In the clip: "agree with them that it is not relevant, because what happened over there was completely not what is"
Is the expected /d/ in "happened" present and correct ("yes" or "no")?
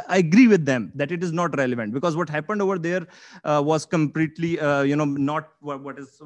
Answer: yes